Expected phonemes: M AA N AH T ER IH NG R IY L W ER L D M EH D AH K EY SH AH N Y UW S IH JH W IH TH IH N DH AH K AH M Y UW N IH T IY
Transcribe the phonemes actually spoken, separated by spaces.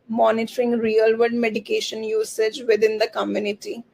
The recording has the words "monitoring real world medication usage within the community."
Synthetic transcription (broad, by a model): M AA N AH T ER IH NG R IY L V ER D M EH D AH K EY SH AH N Y UW S IH JH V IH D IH N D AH K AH M Y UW N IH T IY